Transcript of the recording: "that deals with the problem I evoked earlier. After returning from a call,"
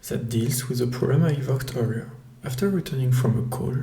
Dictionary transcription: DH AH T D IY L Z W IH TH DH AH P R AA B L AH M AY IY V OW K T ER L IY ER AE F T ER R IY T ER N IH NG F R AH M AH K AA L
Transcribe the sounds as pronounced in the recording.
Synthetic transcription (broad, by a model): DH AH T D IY L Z W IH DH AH P AA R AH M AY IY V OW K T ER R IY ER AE F T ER R IY T ER N IH NG F R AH M AH K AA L